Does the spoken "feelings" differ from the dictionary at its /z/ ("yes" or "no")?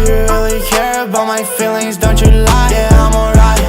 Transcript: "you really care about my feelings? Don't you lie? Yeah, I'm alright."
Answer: no